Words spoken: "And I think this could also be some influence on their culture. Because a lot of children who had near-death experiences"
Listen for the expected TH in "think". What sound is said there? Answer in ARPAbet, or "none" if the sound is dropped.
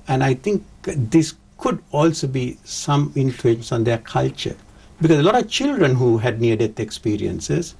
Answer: T